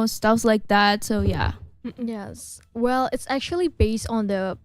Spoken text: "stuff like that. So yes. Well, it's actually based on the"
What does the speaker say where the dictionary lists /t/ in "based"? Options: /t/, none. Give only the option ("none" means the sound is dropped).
/t/